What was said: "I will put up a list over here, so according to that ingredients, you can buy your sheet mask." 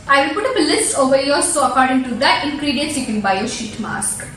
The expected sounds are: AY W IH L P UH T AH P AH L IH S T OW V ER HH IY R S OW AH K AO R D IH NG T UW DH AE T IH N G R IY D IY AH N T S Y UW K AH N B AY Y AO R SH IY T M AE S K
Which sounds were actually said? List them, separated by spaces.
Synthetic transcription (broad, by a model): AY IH P UH T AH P AH L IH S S OW V ER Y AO L S OW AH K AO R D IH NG T UW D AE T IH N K R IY D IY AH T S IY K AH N B AY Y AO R SH IY T M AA S K